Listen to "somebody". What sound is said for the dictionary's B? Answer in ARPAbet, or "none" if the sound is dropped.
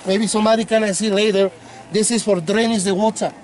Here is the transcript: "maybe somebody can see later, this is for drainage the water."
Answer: none